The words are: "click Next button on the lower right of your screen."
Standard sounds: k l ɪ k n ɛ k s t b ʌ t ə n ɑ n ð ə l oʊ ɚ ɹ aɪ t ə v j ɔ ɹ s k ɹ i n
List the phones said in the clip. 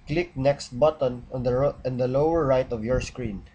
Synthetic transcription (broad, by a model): k l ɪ k n ɛ k s t b ʌ t ə n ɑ n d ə l oʊ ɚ ɹ aɪ t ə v j ɔ ɹ s k ɹ i n